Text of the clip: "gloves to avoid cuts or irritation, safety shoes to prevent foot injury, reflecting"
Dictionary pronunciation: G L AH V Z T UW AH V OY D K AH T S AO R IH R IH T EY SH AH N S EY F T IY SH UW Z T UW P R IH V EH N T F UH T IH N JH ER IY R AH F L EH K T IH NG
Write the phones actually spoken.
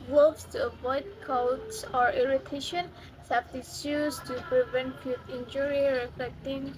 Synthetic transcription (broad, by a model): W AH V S T UW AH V OY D K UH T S AO R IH R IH T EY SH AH N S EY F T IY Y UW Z T UW P R IH V EH N T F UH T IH N JH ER IY R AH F L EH K T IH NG